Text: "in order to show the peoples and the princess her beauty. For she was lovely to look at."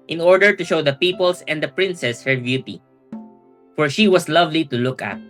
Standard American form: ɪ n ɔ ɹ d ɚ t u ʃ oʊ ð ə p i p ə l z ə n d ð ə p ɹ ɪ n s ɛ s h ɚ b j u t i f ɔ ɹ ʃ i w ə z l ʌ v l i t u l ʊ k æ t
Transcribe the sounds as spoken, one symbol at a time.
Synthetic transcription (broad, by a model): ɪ n ɔ ɹ d ɚ t u ʃ oʊ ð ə p i p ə l s ə n d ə p ɹ ɪ n s ɛ s h ɚ b j u t i f ɔ ɹ ʃ i w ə s l ʌ v l i t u l ʊ k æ t